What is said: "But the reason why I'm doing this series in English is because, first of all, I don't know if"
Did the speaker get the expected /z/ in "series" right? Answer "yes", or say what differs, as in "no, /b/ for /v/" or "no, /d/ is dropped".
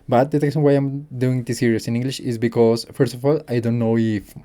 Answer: no, /s/ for /z/